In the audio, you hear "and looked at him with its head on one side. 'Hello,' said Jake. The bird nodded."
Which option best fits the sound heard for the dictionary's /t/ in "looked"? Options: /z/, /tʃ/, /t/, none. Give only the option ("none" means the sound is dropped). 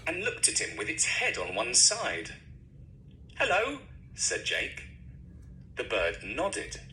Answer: /t/